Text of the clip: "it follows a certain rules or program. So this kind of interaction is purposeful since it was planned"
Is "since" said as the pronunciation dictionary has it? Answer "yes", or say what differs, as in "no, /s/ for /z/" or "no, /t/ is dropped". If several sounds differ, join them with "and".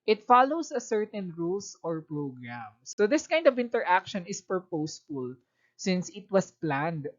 yes